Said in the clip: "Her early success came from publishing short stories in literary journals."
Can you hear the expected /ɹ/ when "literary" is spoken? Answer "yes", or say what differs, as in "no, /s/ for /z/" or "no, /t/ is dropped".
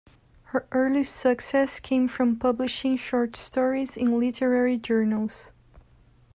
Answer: yes